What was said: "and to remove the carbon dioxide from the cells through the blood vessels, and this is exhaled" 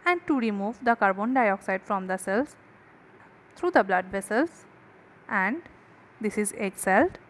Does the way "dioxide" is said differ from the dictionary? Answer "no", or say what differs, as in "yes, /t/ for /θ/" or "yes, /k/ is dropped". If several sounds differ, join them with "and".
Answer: no